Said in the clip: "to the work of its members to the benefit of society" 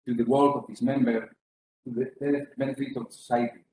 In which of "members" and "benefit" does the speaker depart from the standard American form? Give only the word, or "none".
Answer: members